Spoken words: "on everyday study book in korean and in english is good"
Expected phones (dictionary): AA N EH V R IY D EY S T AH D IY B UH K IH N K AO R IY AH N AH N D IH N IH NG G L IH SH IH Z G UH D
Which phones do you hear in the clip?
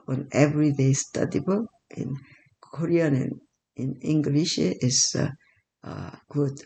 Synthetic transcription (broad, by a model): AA N EH V R IY D EY S T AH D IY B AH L IH N K AO R IY AH N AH N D IH N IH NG G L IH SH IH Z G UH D